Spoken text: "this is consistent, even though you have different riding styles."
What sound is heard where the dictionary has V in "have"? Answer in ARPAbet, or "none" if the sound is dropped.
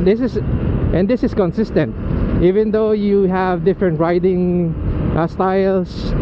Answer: V